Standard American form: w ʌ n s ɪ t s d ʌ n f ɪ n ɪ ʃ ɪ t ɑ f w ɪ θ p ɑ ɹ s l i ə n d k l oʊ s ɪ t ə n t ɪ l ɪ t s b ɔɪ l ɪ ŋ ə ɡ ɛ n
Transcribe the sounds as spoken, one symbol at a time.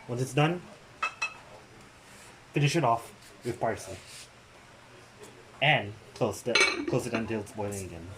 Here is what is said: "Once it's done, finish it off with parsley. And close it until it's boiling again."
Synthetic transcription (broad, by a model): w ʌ n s ɪ t s d ʌ n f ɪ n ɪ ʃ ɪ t ɑ f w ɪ p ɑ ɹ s i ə n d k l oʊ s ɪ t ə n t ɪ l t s b ɔɪ l ɪ ŋ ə ɡ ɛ n